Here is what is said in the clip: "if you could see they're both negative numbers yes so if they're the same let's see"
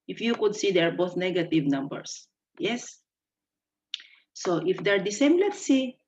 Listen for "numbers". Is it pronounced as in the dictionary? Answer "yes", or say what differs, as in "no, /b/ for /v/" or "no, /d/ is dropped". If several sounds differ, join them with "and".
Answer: no, /s/ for /z/